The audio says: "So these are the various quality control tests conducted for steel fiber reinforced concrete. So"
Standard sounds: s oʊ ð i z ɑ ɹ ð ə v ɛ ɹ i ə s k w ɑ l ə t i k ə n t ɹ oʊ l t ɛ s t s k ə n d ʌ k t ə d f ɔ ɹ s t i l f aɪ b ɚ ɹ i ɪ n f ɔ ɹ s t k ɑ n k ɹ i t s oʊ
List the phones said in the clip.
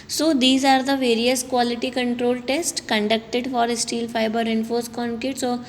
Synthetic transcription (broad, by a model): s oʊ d i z ɑ ɹ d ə v ɛ ɹ i ə s k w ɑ l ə t i k ə n t ɹ oʊ l t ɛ s t k ə n d ʌ k t ə d f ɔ ɹ s t i l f aɪ b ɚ ɹ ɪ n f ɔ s k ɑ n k i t s oʊ